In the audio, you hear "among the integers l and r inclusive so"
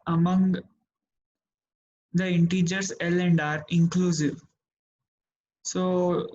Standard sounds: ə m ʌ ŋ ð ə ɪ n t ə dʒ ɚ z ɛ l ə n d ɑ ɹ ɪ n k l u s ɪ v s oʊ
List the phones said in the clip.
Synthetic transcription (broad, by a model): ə m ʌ ŋ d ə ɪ n t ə dʒ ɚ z ɛ l ə n d ɑ ɹ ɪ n k l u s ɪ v s oʊ